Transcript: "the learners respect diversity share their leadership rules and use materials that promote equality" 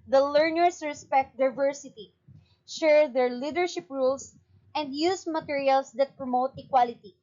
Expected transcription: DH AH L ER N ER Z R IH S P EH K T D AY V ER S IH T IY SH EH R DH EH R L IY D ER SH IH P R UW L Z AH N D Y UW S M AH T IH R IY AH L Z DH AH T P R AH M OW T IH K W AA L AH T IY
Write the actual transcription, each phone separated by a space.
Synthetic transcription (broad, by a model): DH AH L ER N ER S R IH S P EH K T D AY V ER S IH T IY SH EH R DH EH R L IY D ER SH IH P R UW L S AH N D Y UW S M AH T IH R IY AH L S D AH T P R AH M OW T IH K W AA L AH T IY